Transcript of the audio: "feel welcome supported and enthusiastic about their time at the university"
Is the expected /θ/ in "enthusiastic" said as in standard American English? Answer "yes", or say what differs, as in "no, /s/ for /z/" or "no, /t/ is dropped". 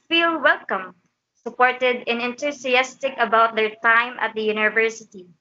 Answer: no, /t/ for /θ/